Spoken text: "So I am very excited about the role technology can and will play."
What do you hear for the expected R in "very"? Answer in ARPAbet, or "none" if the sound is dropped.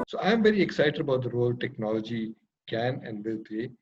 R